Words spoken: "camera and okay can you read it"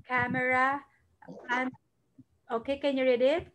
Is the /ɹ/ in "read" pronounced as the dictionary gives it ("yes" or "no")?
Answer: yes